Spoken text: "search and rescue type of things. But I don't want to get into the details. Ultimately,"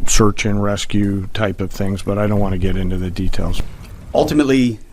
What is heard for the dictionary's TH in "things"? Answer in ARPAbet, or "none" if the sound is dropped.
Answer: TH